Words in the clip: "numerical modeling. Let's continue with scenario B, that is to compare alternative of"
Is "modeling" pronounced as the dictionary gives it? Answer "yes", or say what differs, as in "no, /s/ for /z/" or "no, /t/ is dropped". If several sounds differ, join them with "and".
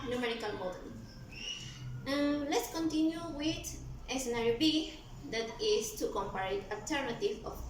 no, /l/ is dropped